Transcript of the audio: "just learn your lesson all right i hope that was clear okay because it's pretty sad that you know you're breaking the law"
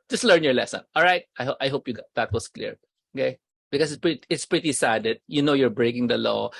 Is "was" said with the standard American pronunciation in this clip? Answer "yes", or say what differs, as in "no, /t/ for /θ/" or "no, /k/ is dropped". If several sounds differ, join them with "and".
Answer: no, /s/ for /z/